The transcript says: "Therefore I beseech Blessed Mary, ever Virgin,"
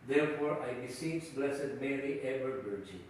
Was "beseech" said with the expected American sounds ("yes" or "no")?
no